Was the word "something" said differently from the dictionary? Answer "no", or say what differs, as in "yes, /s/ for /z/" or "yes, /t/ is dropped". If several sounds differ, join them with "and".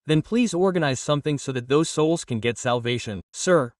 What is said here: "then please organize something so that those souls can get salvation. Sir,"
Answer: no